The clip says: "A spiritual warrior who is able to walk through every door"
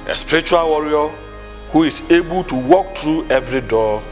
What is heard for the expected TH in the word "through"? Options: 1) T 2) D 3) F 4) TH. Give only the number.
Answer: 1